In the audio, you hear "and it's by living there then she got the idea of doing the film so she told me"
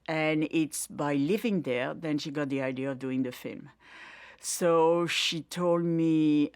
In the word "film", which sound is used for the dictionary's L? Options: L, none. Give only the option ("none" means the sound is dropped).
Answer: L